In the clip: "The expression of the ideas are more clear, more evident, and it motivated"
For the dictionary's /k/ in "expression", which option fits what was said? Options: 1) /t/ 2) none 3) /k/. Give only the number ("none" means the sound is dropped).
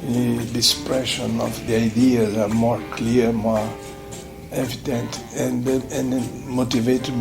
2